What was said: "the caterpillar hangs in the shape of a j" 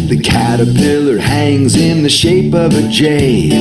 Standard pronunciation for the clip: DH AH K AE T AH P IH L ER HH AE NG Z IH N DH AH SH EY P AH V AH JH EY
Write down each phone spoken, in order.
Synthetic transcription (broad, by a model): DH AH K AE T AH P IH L ER HH AE NG Z IH N DH AH SH EY P AH V AH JH EY